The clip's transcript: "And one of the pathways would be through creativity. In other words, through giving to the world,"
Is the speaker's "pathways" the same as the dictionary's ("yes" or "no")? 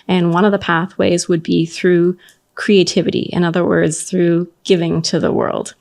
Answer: yes